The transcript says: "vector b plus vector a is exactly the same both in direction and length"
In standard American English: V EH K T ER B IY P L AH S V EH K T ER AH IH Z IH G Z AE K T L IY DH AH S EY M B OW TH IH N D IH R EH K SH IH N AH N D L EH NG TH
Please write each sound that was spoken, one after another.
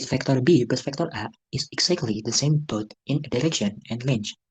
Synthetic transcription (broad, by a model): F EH K T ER B IY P AH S F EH K T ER AH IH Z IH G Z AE K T L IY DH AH S EY M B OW T IH N D IH R EH K SH IH N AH N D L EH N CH